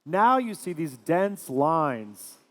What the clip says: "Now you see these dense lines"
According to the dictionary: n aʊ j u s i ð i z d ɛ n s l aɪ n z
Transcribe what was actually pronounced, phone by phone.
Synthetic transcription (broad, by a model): n aʊ j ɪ s i ð i z d ɛ n s l aɪ n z